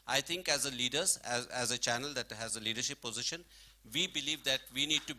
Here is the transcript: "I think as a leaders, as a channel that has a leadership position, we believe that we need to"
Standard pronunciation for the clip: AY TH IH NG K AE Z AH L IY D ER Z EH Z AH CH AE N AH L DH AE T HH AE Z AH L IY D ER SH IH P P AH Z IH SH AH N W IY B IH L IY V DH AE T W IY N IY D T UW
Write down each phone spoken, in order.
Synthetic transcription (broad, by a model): AY T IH NG K AE Z AH L IY D ER Z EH Z AH CH AE N AH L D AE T HH AE Z AH L IY D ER SH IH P P AH Z IH SH AH N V IY B IH L IY V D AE T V IY N IY D T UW